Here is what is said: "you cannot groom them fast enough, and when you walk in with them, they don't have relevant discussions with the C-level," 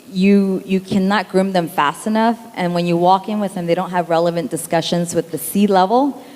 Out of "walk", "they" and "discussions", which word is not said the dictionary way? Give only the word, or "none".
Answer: none